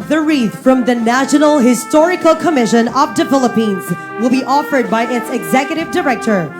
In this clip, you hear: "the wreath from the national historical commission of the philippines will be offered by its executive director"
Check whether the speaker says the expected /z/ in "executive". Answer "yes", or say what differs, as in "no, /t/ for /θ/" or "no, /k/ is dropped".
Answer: yes